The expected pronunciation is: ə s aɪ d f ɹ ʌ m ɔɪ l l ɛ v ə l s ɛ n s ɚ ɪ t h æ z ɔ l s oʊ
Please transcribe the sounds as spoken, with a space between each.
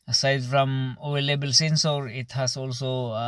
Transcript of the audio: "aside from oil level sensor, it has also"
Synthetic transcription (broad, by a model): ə s aɪ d f ɹ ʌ m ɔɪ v l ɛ b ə l s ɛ n s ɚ ɪ t h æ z ɔ l s oʊ